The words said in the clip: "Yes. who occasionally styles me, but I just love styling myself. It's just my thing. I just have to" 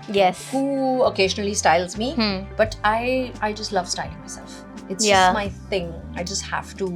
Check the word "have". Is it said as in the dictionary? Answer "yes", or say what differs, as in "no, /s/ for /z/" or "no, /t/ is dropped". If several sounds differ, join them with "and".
no, /f/ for /v/